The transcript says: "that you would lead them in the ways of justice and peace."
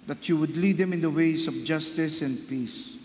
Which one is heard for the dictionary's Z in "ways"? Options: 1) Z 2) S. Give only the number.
2